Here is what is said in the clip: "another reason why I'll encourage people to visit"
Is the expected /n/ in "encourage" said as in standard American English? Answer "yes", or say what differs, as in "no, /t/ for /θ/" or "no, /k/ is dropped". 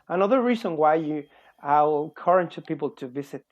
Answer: no, /l/ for /n/